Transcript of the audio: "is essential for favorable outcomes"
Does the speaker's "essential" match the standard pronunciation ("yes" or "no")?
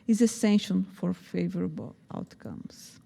no